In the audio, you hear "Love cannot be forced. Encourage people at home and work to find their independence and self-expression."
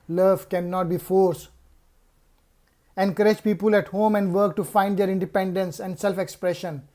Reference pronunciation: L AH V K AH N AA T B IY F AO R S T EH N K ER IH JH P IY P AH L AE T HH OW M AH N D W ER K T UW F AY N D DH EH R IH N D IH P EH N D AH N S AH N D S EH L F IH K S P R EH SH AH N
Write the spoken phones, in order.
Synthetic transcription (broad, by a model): L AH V K AH N AA T B IY F AO R S EH N K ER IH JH P IY P AH L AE T HH OW M AH N D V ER K T UW F AY N D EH R IH N D IH P EH N D AH N S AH N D S EH L F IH K S P R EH SH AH N